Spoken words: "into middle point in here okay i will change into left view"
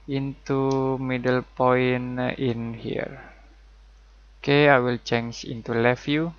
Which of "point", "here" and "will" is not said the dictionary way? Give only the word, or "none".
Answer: point